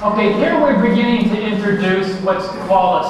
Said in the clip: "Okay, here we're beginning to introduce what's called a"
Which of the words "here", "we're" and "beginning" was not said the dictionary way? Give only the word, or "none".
none